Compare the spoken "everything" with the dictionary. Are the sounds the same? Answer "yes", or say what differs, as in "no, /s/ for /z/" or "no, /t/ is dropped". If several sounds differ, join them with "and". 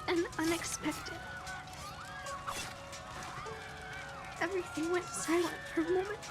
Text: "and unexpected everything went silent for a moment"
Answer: yes